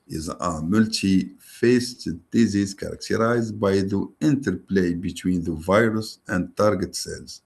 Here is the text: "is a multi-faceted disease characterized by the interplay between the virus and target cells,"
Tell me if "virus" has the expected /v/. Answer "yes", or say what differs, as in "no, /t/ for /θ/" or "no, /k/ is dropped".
yes